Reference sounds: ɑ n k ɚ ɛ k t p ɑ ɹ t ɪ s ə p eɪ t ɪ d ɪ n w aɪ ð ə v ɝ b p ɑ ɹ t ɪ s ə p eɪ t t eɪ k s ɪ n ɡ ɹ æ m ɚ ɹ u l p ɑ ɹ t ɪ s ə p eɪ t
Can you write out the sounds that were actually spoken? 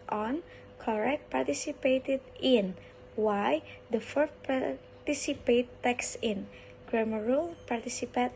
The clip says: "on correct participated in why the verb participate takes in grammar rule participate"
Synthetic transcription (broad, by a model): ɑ n k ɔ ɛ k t p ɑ ɹ t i s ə p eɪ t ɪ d ɪ n w aɪ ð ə f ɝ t p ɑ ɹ t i s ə p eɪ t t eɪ k s ɪ n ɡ ɹ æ m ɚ ɹ u l p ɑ ɹ t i s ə p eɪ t